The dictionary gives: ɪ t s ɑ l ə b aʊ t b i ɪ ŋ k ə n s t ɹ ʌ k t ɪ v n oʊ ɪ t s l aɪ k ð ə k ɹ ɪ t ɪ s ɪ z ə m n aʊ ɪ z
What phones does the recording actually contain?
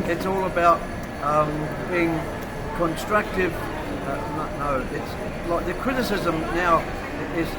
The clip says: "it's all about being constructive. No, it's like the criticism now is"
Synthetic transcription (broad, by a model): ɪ t s ɑ l ə b aʊ t b i ɪ ŋ k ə n s t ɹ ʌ k t ɪ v n oʊ ɪ t s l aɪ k ð ə k ɹ ɪ t ɪ s ɪ z ə m n aʊ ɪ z